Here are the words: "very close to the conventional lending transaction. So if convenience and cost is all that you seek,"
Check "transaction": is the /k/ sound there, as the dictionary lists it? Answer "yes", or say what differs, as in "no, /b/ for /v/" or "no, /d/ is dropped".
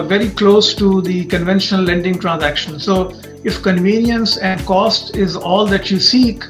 yes